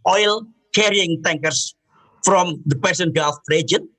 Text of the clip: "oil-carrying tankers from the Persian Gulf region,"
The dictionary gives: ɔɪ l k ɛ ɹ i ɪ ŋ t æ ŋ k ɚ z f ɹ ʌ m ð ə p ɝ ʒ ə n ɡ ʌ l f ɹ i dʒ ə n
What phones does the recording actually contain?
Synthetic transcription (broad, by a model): ɔɪ l k ɛ ɹ i ɪ ŋ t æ ŋ k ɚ s f ɹ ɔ m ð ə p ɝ s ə n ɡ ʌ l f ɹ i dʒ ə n